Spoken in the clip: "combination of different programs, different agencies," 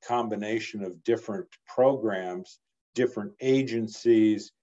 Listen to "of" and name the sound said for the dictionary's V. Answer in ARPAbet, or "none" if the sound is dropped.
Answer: V